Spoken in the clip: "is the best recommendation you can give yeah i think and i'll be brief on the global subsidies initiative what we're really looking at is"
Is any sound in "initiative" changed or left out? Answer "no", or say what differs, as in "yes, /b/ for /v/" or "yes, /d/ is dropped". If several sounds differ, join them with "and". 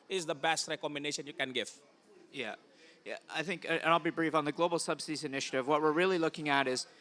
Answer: no